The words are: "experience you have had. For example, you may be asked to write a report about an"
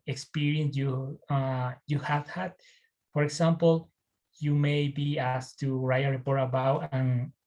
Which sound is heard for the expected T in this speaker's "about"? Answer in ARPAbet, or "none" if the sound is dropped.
none